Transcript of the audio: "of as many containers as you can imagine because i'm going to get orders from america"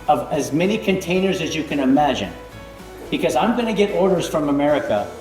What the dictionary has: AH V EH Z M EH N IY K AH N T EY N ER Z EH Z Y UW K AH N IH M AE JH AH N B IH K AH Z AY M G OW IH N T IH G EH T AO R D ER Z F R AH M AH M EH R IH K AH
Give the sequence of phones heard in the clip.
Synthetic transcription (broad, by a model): AH V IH Z M EH N IY K AH N T EY N ER Z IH Z Y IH K AH N IH M AE JH AH N B IH K AH Z AY M G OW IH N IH G EH T AO R D ER Z F R AH M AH M EH R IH K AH